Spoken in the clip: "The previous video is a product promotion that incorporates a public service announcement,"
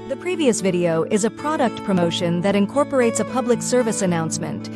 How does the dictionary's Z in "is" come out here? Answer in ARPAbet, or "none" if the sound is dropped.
Z